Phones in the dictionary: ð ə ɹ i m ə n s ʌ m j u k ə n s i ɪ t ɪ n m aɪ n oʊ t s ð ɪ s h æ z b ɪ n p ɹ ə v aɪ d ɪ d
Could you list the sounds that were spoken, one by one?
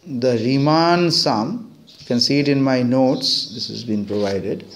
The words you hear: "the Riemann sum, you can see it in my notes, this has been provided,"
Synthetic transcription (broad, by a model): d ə ɹ i m ə n s ʌ m k ə n s i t ɪ n m aɪ n oʊ t s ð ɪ s h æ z b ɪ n p ɹ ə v aɪ d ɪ d